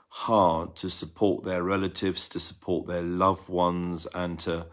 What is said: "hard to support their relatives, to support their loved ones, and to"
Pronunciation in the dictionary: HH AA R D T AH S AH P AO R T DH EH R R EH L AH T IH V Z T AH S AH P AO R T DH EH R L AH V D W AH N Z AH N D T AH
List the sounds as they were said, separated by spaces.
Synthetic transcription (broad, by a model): HH AA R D T AH S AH P AO T DH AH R R EH L AH T IH V Z T AH S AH P AO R T DH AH L AH V W AH N Z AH N T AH